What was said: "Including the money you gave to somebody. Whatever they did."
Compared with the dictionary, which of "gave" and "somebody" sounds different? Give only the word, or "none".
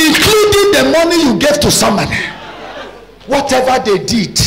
somebody